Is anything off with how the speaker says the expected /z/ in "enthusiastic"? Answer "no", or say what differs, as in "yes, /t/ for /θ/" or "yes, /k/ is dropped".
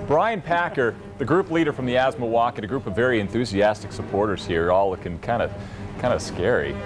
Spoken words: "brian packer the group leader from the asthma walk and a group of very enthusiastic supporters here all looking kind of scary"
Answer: no